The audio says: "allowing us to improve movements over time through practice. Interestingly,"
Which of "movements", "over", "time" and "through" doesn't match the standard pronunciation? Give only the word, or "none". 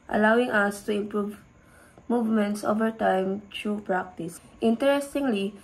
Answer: through